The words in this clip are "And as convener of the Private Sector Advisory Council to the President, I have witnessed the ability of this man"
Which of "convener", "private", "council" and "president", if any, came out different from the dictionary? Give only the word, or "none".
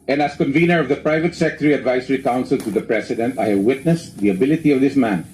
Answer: president